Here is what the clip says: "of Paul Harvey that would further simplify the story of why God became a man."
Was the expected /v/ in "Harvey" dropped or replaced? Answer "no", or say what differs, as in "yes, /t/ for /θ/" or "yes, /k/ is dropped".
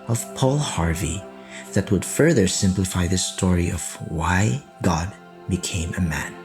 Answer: no